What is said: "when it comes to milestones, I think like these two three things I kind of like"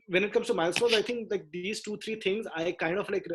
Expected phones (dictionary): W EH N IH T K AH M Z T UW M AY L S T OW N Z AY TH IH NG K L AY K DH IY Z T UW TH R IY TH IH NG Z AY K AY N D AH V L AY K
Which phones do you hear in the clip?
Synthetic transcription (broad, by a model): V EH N IH T K AH M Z T UW M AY L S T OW Z AY T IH NG K L AY K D IY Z T UW T R IY T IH NG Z AY K AY N D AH F L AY K